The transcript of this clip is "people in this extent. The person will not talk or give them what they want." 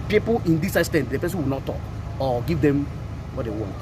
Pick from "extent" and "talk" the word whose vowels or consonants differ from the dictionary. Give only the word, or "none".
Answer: extent